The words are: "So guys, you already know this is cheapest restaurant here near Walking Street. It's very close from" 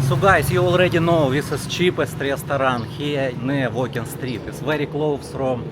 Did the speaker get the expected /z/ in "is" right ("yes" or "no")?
no